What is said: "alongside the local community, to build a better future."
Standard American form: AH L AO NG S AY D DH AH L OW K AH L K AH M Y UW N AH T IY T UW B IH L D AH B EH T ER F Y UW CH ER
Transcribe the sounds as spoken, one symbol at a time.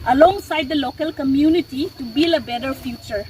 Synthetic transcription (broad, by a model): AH L AO NG S AY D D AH L OW K AH L K AH M Y UW N AH T IY T UW B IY L AH B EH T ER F Y UW CH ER